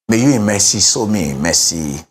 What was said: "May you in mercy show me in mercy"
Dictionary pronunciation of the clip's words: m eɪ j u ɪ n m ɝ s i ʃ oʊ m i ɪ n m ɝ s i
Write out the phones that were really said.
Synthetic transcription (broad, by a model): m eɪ j u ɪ m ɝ s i s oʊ m i m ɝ s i